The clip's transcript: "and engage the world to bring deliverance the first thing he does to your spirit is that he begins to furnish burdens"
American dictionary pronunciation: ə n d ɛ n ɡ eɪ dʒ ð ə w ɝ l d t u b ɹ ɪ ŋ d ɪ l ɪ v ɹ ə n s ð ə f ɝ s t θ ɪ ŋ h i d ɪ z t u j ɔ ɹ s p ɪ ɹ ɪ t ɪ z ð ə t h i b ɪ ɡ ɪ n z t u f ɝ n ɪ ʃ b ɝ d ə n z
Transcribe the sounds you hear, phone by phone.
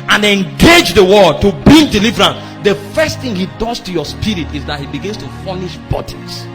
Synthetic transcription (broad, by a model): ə n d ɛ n ɡ eɪ dʒ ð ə w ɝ d t u b ɪ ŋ d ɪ l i v ɹ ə n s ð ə f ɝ s t θ ɪ ŋ h i d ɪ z t u j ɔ s p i ɹ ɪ t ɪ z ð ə t h i b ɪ ɡ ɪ n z t u f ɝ n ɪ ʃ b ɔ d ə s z